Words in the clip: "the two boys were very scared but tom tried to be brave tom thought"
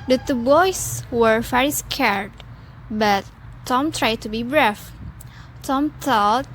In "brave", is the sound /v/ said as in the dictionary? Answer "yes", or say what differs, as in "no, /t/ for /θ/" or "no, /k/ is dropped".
no, /f/ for /v/